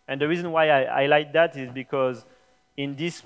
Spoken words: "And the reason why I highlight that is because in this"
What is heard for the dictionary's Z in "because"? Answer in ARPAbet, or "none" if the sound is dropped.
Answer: Z